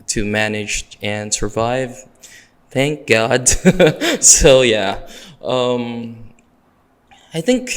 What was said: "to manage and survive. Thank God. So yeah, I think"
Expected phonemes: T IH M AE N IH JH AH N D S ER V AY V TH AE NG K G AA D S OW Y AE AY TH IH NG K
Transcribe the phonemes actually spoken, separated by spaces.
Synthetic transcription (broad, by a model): T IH M AE N IH JH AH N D S ER V AY V TH AE NG K G AA D S OW Y AE AY TH IH NG K